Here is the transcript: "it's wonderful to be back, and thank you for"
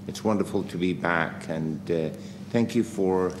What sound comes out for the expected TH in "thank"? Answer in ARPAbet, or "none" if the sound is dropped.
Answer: TH